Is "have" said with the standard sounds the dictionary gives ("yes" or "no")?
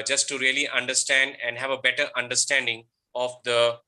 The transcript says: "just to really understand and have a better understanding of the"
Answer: yes